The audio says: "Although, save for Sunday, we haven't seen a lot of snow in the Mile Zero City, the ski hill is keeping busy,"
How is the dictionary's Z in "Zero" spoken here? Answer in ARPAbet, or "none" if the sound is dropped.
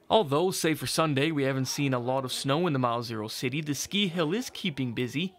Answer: Z